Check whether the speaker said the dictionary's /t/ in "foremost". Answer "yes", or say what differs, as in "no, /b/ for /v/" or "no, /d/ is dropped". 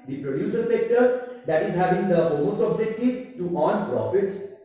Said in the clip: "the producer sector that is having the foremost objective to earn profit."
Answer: no, /t/ is dropped